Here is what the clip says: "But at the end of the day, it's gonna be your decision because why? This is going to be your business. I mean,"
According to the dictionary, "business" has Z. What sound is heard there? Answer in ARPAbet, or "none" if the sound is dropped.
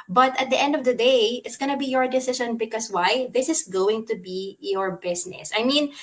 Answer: S